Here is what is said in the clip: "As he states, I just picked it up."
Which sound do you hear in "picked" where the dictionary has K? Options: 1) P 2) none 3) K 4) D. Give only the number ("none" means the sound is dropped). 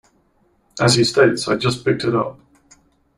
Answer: 3